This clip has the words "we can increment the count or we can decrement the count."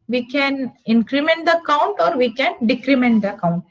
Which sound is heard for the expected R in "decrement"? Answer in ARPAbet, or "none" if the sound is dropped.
R